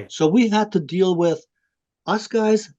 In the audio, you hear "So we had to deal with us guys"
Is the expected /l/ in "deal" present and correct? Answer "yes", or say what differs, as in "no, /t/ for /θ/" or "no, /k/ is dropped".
yes